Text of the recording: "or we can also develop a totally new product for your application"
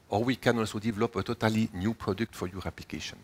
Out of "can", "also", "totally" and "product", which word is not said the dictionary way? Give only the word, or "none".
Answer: none